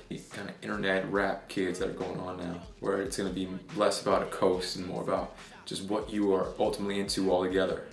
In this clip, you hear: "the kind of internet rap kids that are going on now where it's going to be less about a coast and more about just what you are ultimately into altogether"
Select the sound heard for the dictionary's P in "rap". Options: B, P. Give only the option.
P